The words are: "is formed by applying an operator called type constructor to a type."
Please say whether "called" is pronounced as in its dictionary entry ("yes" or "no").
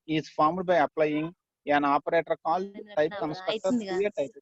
yes